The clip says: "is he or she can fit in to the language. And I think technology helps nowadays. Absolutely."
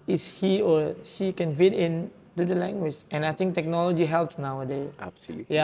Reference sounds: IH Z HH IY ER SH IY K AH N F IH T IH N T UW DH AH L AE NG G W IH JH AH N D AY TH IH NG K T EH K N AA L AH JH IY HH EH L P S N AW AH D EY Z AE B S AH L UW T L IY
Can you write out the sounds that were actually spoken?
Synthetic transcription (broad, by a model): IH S HH IY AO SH IY K AH N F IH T IH N T UW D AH L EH NG G W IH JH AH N AY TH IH NG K T EH K N AA L AH JH IY HH EH L P S N AW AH D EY AE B S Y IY